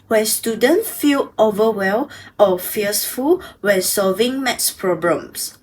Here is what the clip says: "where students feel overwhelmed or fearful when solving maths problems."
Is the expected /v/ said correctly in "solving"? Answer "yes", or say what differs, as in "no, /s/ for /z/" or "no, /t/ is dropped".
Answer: yes